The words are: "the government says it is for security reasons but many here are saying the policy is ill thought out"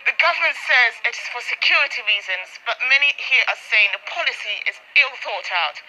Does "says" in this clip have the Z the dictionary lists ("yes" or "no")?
yes